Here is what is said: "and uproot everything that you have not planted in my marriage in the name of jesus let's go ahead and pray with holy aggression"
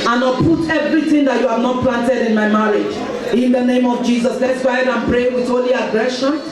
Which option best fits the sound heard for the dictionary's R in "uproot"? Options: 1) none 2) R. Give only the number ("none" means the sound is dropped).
1